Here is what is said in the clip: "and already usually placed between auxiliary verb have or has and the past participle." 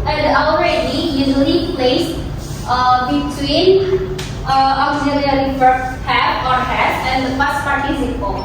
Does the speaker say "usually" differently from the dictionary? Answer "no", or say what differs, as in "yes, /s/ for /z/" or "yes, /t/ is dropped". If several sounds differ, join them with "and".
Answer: yes, /n/ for /l/